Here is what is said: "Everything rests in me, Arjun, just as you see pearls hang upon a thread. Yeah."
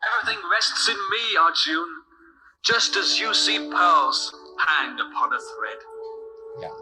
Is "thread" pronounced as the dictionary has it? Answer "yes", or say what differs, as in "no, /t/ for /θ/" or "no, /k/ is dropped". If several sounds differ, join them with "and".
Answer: yes